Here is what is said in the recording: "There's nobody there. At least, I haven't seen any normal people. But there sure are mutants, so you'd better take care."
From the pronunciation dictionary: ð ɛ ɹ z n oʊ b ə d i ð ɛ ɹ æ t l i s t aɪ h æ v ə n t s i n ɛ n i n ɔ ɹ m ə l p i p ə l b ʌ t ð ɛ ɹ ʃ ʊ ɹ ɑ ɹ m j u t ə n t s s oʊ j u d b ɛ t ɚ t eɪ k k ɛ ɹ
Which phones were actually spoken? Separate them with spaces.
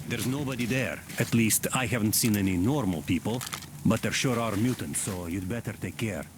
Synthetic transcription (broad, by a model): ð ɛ ɹ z n oʊ b ə d i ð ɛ ɹ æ t l i s t aɪ h æ v ə n t s i n ɛ n i n ɔ ɹ m ə l p i p ə l b ʌ t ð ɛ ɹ ʃ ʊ ɹ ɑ ɹ m j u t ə n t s s oʊ j u d b ɛ t ɚ t eɪ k k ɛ ɹ